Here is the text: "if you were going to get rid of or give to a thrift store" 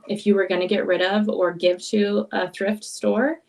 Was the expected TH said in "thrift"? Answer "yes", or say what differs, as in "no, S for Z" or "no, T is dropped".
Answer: yes